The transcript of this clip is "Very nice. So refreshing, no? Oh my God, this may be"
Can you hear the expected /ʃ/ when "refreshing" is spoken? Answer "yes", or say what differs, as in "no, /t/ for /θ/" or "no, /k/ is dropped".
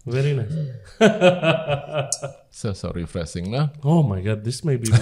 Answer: no, /s/ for /ʃ/